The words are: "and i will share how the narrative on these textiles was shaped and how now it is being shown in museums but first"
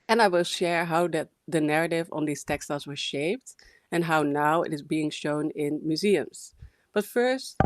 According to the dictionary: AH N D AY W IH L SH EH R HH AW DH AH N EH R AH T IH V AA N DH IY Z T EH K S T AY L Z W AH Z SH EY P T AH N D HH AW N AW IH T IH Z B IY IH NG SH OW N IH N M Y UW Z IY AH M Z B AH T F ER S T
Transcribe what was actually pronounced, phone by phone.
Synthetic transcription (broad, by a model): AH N AY W IH L SH EH R HH AW DH AH N EH R AH T IH V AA N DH IY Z T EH K S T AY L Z W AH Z SH EY P T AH N HH AW N AW IH T IH Z B IY IH NG SH OW N IH N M Y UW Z IY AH M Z B AH T F ER S T